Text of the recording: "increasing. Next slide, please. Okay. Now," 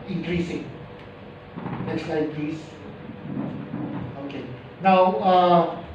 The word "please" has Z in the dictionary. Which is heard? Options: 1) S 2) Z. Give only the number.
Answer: 1